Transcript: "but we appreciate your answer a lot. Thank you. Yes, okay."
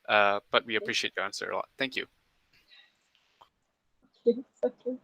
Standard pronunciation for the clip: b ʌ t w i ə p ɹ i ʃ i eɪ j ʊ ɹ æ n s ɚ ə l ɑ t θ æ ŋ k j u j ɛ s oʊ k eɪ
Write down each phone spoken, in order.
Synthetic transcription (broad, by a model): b ʌ t w i ə p ɹ i ʃ i eɪ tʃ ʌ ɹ æ n s ɚ ə l ɑ t θ æ ŋ k j u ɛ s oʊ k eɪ